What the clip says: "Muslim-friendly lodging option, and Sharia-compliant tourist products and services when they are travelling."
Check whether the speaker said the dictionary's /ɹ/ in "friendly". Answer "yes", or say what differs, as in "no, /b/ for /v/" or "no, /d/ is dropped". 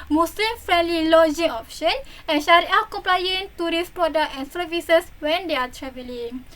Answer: yes